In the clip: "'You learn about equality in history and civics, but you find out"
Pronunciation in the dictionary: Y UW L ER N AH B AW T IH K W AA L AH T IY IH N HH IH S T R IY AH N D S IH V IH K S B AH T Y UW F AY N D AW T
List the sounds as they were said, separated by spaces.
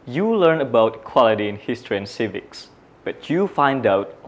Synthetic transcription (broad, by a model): Y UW L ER N AH B AW T K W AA L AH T IY IH N HH IH S T R IY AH N S IH V IH K S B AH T Y UW F AY N D AW T